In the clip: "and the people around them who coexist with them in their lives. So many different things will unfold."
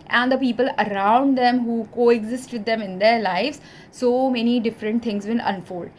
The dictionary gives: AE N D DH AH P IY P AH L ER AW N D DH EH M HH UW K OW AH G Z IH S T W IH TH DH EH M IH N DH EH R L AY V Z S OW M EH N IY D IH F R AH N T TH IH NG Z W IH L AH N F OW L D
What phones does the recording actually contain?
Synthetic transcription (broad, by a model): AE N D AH P IY P AH L ER AW N D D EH M HH UW K OW AH G Z IH S T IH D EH M IH N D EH R L AY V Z S OW M EH N IY D IH F R AH N T T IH NG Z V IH N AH N F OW L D